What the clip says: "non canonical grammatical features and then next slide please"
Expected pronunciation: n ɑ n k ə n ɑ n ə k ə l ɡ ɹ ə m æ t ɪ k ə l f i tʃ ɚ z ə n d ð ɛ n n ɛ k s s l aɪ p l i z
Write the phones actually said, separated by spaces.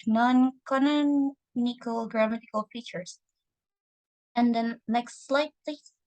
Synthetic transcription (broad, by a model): n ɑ n k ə n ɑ n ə k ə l ɡ ɹ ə m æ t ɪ k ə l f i tʃ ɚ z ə n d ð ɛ n l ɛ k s s l aɪ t l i